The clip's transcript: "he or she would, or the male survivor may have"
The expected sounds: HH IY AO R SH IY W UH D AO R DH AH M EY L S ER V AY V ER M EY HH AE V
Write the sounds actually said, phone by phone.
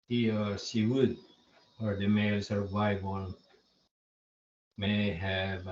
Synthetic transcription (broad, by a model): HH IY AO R S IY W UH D AO R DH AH M EY L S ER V AY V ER M EY HH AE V